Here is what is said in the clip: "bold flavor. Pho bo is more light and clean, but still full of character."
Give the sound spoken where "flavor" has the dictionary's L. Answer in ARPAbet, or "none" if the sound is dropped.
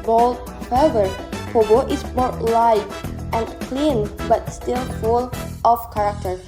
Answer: none